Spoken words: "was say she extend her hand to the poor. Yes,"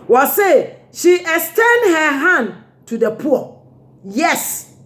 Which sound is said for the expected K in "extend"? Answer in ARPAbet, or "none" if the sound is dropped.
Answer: none